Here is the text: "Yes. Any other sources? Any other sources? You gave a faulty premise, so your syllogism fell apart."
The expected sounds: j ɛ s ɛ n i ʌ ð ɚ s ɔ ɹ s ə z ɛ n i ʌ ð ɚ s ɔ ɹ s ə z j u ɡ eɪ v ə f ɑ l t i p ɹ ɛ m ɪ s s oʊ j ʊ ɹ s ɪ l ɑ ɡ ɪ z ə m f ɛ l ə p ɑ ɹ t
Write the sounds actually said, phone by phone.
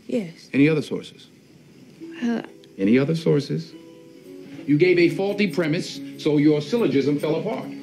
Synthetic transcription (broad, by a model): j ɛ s ɛ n i ʌ ð ɚ s ɔ ɹ s ə z ɛ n i ʌ ð ɚ s ɔ ɹ s ə z j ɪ ɡ eɪ v ə f ɑ l t i p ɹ ɛ m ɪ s s oʊ j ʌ ɹ s ɪ l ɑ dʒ ɪ z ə m f ɛ l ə p ɑ ɹ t